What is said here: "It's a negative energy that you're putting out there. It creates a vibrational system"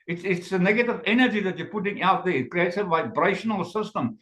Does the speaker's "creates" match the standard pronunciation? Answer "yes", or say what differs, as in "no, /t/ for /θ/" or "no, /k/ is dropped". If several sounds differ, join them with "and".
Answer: no, /s/ is dropped